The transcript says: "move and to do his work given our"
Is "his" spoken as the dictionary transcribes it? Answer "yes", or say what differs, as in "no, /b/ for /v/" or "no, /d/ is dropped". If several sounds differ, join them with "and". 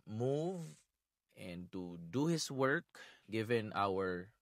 no, /s/ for /z/